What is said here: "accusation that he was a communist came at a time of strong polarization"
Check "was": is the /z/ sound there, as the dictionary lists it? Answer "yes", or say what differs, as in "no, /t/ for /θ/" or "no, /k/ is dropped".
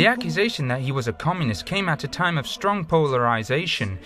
yes